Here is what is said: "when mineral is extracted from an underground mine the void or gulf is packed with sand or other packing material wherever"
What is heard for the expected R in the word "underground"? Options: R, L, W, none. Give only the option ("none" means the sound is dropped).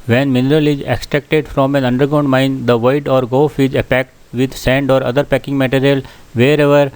none